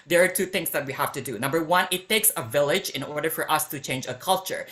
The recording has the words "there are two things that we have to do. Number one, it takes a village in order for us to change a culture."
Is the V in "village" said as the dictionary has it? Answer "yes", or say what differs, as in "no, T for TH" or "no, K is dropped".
yes